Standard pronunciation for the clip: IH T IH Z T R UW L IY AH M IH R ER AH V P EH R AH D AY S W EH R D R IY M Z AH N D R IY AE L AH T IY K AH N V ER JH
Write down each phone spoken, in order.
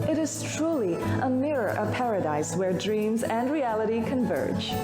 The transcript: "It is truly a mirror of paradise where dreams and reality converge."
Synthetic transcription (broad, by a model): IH T IH Z T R UW L IY AH M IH R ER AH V P EH R AH D AY S W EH R D R IY M Z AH N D R IY AE L AH T IY K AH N V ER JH